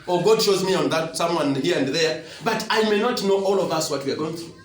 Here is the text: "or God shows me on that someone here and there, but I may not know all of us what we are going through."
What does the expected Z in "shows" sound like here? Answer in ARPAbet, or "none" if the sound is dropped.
Z